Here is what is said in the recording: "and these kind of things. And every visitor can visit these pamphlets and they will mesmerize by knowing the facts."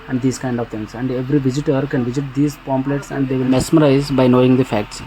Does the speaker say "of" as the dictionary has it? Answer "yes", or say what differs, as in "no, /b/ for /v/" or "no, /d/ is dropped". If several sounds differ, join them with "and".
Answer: yes